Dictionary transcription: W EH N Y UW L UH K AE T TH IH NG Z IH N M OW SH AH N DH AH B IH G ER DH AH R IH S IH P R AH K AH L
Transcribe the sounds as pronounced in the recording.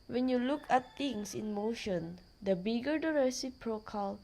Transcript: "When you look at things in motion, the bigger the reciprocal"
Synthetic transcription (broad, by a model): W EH N Y UW L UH K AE T T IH NG S IH N M OW SH AH N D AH B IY G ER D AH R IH S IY P R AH K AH L